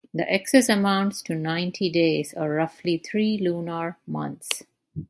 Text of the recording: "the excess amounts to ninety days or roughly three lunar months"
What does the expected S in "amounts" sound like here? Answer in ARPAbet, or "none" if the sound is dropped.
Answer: S